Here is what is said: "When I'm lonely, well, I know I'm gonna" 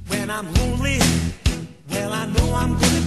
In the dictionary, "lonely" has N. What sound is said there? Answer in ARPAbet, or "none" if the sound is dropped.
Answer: none